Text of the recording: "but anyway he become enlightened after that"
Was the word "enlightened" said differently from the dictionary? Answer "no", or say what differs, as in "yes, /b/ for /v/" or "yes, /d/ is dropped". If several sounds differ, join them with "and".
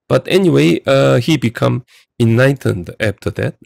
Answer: yes, /l/ is dropped